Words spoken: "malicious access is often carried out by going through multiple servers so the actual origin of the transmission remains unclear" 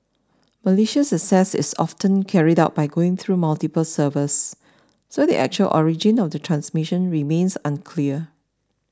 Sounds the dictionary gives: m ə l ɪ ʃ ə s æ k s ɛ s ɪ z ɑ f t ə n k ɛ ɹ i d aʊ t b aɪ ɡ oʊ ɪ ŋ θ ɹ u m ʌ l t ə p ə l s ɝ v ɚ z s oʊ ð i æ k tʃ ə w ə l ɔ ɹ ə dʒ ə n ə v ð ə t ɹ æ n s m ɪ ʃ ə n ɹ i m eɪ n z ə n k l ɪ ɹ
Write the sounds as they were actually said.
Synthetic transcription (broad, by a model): m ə l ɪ ʃ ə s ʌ s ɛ s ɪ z ɑ f t ə n k ɛ ɹ i d aʊ t b aɪ ɡ oʊ ɪ ŋ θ ɹ u m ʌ l t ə p ə l s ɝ v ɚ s s oʊ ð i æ k tʃ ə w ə l ɔ ɹ ə dʒ ə n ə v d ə t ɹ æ n s m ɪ ʃ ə n ɹ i m eɪ n s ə n k l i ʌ